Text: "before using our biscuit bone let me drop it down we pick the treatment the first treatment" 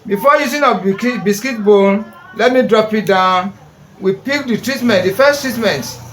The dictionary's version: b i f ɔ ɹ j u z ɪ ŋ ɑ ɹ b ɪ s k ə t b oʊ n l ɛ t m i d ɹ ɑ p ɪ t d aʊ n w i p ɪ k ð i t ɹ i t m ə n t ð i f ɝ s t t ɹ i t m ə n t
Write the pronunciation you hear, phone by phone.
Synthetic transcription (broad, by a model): b i f ɔ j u s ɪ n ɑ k b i s k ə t b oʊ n l ɛ t m i d ɹ ɑ p ɪ t d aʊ n w i p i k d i t ɹ i t m ə n t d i f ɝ s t t ɹ i t m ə n t